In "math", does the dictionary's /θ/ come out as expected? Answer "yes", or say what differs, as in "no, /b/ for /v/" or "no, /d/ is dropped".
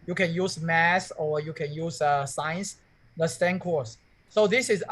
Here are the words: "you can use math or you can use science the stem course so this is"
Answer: no, /s/ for /θ/